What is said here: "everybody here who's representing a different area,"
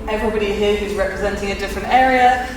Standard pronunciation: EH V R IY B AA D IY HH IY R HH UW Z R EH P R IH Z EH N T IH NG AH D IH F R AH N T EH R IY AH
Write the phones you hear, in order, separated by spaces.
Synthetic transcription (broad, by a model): EH V R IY B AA D IY HH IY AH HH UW Z R EH P R IH Z EH N T IH NG AH D IH F R AH N T EH R IY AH